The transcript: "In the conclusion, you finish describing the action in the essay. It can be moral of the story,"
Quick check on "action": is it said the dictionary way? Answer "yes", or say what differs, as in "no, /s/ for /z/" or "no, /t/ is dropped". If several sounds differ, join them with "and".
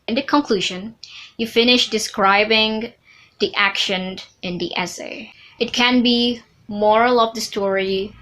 yes